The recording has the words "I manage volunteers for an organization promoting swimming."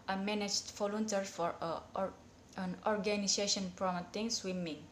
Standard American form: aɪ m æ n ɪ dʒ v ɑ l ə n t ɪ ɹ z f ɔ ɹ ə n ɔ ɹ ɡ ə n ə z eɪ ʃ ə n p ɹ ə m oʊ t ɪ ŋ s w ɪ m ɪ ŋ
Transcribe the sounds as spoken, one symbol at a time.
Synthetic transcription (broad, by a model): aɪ m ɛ n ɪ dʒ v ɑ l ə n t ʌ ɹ f ɔ ɹ ə n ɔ ɹ ɡ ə n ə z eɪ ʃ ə n p ɹ ə m oʊ t ɪ ŋ s w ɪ m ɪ ŋ